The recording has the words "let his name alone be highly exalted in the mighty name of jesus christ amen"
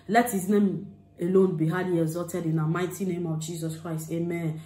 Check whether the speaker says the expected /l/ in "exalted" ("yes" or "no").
no